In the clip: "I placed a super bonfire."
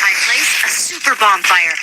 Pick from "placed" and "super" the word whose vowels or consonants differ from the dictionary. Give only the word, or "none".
placed